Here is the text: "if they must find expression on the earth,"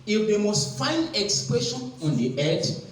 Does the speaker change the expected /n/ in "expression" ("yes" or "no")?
no